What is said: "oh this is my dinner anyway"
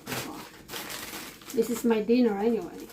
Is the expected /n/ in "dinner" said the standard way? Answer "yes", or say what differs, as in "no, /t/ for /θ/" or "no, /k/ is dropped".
yes